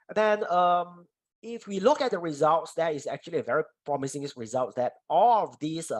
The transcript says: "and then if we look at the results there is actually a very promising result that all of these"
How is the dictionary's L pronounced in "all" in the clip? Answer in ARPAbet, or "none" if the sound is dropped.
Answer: L